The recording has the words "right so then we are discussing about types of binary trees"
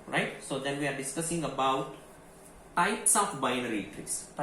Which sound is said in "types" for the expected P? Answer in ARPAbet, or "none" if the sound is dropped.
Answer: none